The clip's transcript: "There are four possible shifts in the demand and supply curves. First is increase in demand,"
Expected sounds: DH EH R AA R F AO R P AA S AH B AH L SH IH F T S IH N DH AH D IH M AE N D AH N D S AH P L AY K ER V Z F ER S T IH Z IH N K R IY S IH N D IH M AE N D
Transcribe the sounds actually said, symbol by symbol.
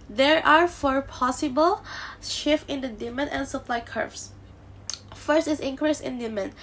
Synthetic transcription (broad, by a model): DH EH R AA R F AO R P AA S AH B AH L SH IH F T IH N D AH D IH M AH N AH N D S AH P L AY K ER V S F ER S T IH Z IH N K R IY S IH N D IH M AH N